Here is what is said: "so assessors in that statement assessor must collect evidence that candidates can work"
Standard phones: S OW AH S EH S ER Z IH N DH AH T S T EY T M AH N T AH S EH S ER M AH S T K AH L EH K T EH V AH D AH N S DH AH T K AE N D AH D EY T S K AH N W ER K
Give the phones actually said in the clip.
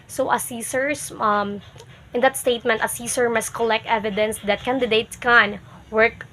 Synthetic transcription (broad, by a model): S OW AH S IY S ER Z IH N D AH T S T EY T M AH N T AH S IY S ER M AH S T K AH L EH K T EH V AH D AH N S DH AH T K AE N D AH D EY T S K AH N W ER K